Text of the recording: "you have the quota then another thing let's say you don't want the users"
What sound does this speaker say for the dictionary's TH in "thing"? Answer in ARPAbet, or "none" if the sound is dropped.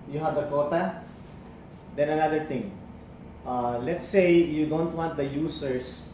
T